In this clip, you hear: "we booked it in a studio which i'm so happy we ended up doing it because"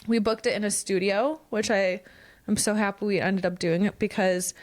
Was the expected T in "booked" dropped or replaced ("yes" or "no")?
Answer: no